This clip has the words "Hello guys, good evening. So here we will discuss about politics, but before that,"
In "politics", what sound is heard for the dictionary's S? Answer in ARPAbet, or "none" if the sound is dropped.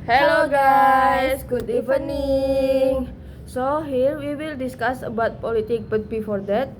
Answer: none